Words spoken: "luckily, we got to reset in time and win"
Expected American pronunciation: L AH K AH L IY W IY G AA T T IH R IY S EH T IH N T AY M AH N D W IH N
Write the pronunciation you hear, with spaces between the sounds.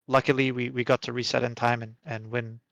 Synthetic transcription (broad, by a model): L AH K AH L IY W IY G AA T T IH R IY S EH T IH N T AY M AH N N W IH N